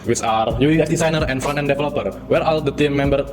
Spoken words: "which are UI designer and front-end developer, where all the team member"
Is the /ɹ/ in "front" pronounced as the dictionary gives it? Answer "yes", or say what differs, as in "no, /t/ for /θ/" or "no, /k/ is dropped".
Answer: no, /ɹ/ is dropped